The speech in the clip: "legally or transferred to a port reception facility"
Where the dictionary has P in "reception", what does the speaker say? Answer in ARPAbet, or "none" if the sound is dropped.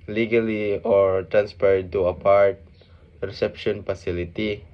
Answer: P